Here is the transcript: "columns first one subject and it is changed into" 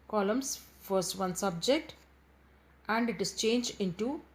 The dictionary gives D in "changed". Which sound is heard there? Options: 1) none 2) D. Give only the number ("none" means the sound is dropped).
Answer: 1